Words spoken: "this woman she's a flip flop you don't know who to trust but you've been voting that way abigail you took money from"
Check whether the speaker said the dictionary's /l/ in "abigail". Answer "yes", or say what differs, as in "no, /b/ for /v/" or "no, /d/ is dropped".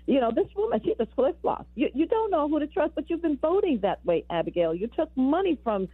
yes